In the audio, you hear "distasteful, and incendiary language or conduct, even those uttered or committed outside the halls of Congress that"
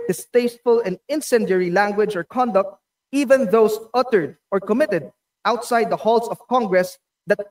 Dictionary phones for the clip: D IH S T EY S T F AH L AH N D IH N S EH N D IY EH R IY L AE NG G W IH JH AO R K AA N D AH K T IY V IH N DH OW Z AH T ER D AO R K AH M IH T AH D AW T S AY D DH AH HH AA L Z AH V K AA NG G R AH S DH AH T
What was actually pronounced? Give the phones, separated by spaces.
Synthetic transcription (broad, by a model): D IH S T EY S T F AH L AH N D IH N S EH N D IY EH R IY L AE NG G W IH JH AO R K AA N D AH K T IY V IH N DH OW S AH T ER D AO R K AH M IH T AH D AW T S AY D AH HH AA L S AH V K AA NG G R AH S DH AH T